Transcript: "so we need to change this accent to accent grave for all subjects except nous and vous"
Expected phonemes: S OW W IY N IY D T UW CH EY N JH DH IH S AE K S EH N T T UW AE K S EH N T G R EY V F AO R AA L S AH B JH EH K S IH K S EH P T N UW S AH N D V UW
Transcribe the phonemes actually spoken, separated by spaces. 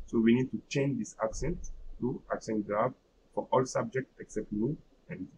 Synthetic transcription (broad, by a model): S OW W IY N IY D T UW CH EY N JH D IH S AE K S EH N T T UW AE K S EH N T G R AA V F AO R AA L S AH B JH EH K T IH K S EH P T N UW AH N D